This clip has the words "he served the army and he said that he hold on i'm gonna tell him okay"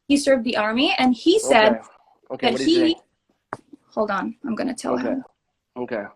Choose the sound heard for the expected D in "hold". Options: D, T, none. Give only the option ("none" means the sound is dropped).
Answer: D